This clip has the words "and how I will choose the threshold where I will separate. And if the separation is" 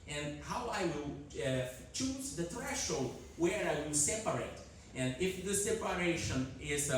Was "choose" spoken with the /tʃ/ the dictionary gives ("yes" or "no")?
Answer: yes